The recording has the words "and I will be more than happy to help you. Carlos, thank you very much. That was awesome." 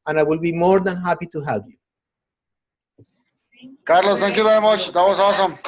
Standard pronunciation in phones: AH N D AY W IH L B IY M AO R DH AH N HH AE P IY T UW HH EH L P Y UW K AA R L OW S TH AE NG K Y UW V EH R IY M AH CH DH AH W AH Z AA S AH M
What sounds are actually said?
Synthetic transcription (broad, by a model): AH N AY W IH L B IY M AO R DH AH N HH AE P IY T UW HH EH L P Y UW K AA R L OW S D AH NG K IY B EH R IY M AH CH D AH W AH S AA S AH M